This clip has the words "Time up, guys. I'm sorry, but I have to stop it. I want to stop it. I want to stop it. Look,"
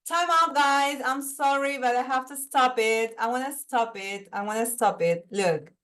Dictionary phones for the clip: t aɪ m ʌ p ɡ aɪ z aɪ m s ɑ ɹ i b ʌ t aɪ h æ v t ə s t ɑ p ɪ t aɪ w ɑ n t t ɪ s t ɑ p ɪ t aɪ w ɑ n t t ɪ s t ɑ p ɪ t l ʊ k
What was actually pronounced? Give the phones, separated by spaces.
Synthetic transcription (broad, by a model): t aɪ m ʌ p ɡ aɪ z aɪ m s ɑ ɹ i b ʌ t aɪ h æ f t ə s t ɑ p ɪ t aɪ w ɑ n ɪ s t ɑ p ɪ t aɪ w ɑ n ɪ s t ɑ p ɪ t l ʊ k